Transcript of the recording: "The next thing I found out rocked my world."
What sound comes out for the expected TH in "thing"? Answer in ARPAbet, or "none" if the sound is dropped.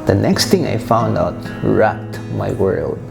T